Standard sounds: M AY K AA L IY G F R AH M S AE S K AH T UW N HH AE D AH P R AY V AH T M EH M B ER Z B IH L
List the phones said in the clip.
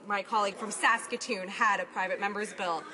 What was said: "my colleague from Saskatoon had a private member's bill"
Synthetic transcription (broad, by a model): M AY K AA L IY G F R AH M S AE S K AH T UW N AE D AH P R AY V AH T M EH M B ER Z B IH L